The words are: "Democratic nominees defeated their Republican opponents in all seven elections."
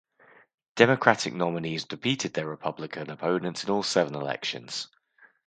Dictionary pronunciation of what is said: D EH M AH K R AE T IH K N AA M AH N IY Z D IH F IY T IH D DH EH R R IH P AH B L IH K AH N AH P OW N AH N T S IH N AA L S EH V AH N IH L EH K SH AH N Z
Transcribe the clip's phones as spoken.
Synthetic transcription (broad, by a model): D EH M AH K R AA T IH K N AA M AH N IY Z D IH P IY T IH D DH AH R R IH P AH B L IH K AH N AH P OW N AH N T S IH N AA L S EH V AH N IH L EH K SH AH N Z